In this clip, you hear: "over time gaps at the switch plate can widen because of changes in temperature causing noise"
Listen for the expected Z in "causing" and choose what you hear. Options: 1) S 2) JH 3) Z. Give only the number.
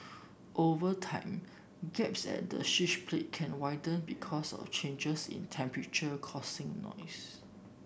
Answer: 1